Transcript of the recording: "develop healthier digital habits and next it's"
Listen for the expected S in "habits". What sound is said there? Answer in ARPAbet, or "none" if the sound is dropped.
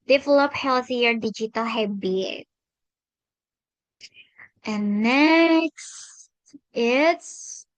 none